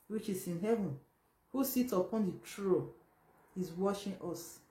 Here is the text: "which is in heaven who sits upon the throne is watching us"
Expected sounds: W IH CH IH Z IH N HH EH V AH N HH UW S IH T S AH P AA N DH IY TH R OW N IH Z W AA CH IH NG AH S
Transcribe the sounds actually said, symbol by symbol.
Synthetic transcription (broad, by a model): W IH CH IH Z IH N HH EH V AH N HH UW S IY T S AH P AA N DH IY T R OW IH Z W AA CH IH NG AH S